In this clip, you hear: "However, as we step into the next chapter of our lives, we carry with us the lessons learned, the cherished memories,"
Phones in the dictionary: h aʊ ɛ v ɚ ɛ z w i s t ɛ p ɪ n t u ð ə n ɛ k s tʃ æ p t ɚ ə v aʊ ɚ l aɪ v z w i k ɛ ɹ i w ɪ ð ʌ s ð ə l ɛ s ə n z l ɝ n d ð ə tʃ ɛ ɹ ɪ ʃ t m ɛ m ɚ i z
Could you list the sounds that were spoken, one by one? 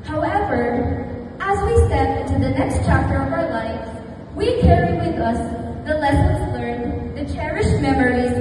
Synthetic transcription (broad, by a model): h aʊ ɛ v ɚ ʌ z w i s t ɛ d ɪ n t u ð ə n ɛ k s tʃ æ p t ɚ ə v aʊ ɚ l aɪ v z w i k ɛ ɹ i w ɪ ð ʌ s ð ə l ɛ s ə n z l ɝ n ð ə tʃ ɛ ɹ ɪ ʃ m ɛ m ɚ i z